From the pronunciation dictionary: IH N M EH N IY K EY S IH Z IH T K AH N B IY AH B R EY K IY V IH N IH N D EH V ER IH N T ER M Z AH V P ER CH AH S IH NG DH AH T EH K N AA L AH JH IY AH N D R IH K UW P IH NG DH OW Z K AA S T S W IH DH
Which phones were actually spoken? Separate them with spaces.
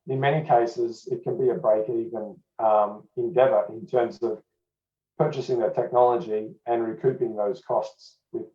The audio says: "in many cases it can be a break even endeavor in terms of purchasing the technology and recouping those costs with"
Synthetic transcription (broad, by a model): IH N M EH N IY K EY S IH Z IH T K AH N B IY AH B EY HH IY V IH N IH N D EH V ER IH N T ER M Z AH V P ER CH AH S IH NG DH AH T EH K N AA L AH JH IY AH N R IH K UW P IH NG DH OW Z K AA S T S W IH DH